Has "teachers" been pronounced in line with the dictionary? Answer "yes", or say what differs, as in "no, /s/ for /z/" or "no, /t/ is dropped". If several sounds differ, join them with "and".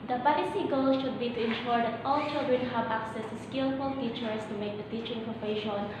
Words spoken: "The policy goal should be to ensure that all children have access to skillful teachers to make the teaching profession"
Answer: no, /s/ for /z/